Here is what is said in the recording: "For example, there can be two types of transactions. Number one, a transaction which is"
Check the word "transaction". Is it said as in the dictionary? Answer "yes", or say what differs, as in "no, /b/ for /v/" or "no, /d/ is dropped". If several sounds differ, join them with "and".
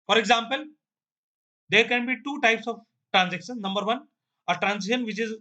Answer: no, /k/ is dropped